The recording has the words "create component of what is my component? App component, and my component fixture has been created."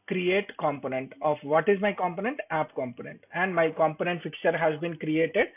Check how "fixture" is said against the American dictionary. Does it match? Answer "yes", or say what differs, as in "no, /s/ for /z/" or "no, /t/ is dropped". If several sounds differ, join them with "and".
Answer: no, /s/ is dropped